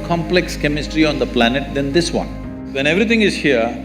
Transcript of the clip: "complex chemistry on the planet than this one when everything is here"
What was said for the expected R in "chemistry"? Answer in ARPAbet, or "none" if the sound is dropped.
R